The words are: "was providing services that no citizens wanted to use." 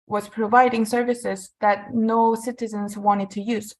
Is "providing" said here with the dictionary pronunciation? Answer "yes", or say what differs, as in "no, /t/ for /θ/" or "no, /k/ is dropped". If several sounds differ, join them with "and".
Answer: yes